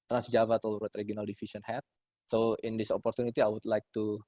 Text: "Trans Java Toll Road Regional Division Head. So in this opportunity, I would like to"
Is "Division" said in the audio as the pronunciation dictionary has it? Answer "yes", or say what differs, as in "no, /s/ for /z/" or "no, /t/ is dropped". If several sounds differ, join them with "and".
no, /s/ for /ʒ/